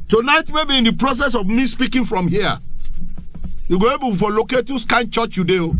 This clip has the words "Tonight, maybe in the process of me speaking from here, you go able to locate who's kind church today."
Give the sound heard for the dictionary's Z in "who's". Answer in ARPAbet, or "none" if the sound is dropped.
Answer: S